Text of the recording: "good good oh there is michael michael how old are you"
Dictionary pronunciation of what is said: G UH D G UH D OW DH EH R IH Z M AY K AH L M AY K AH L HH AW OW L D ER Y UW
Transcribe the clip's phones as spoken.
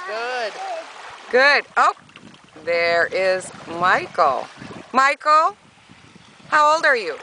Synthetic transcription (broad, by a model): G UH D G UH D OW DH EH R IH Z M AY K L M AY K L HH AW OW L D ER Y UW